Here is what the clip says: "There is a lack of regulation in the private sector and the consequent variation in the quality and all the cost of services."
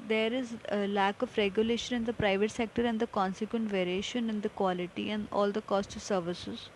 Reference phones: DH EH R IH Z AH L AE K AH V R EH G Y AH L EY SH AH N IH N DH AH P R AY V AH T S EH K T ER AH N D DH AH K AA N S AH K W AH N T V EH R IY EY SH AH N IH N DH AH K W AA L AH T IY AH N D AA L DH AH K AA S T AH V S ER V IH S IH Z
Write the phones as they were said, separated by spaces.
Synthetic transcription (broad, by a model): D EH R IH Z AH L AE K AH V R EH G Y AH L EY SH AH N IH N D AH P R AY V AH T S EH K T ER AH N D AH K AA N S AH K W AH N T V EH R IY EY SH AH N IH N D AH K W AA L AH T IY AH N D AA L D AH K AA S T AH V S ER V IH S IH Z